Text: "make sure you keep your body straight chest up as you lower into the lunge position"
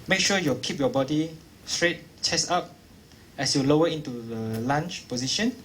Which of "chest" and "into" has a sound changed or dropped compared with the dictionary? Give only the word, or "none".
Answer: chest